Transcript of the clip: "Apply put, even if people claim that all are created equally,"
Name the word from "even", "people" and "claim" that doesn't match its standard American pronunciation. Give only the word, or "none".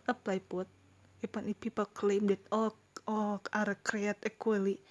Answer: even